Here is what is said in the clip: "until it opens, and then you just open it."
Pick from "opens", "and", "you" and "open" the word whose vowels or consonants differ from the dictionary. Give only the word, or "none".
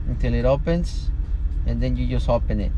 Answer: opens